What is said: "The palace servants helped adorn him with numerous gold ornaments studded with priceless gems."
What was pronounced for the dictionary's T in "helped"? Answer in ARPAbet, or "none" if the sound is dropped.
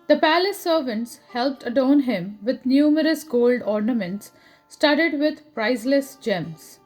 T